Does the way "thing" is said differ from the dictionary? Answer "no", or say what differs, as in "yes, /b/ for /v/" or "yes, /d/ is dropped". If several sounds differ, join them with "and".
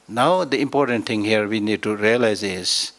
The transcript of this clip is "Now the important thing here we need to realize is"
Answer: yes, /t/ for /θ/